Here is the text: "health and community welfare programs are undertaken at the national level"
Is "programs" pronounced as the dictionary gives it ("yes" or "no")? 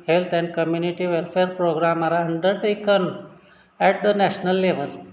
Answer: no